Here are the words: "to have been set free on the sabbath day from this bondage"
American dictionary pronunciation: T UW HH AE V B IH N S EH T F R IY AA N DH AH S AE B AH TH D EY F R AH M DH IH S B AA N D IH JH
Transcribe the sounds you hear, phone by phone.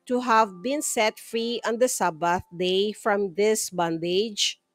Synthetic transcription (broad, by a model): T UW HH AE V B IH N S EH T F R IY AA N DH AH S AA B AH TH D EY F R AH M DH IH S B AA N D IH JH